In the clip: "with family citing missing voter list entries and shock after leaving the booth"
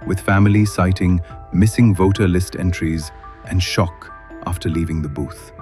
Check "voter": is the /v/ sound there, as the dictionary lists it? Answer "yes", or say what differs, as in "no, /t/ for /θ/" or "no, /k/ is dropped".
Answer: yes